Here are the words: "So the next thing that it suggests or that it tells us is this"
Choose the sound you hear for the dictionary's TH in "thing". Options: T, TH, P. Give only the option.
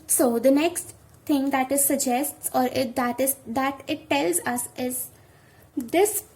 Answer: T